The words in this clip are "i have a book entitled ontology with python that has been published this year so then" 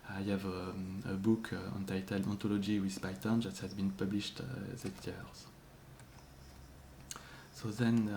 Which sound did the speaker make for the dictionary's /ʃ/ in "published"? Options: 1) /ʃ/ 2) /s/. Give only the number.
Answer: 1